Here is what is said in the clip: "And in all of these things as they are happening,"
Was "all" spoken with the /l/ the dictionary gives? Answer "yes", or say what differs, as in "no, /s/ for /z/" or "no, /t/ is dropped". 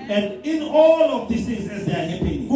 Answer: yes